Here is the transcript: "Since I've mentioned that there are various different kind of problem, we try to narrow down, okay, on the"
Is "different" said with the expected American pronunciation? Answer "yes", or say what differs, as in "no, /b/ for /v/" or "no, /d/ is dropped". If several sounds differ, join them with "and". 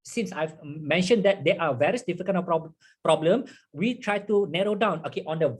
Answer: no, /ɹ/ is dropped